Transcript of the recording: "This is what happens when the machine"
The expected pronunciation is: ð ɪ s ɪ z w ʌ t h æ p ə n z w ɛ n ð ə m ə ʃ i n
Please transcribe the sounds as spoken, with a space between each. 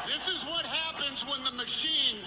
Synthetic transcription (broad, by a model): ð ɪ s ɪ z w ʌ t h æ p ə n z w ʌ n ð ə m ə ʃ i n